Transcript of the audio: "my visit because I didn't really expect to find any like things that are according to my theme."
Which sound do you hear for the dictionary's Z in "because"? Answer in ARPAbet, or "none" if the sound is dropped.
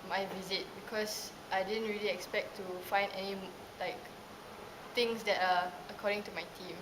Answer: S